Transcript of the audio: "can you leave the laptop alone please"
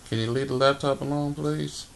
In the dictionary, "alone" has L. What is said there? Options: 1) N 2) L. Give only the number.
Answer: 1